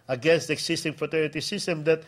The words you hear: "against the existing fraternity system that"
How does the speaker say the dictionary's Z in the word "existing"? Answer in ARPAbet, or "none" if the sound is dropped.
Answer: S